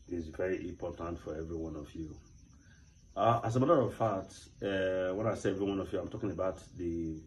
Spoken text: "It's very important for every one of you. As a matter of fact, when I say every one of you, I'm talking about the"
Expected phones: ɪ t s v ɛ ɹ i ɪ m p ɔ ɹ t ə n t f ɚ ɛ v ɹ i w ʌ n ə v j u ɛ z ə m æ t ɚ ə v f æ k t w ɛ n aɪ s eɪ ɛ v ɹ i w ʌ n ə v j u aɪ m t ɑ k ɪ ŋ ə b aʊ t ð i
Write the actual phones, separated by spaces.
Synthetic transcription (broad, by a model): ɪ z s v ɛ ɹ i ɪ m p ɔ t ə n t f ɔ ɛ v ɹ i w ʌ n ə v j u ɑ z ə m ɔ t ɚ ə v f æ t w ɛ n aɪ s eɪ ɛ v ɹ i w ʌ n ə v j u aɪ m t ɑ k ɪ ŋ ə b aʊ t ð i